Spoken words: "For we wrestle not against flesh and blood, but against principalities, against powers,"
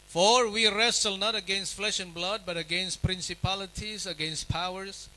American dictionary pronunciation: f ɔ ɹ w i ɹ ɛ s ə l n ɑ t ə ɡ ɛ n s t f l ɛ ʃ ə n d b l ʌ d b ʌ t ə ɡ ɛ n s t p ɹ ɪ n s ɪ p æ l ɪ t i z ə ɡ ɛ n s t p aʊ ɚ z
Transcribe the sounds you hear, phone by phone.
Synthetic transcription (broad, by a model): f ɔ ɹ w i ɹ ɛ s ə l n ɑ t ə ɡ ɛ n s t f l ɛ ʃ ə n b l ʌ d b ʌ t ə ɡ ɛ n s t p ɹ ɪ n s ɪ p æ l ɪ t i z ə ɡ ɛ n s t p aʊ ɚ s